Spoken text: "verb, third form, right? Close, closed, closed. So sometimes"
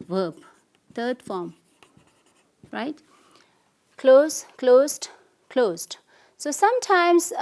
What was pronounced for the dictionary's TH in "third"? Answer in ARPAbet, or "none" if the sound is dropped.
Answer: T